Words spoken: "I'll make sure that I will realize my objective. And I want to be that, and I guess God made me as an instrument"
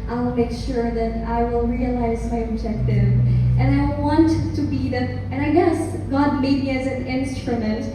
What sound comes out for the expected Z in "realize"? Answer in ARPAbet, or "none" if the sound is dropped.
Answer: Z